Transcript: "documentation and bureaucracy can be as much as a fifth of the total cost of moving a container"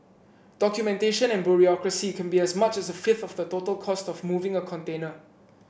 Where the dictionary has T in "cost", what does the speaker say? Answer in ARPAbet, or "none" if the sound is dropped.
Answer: T